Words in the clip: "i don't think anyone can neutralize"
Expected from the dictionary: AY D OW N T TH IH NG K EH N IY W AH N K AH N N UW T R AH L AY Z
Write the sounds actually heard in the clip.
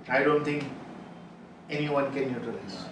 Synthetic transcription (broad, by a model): AY D OW N T T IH NG K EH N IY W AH N K AH N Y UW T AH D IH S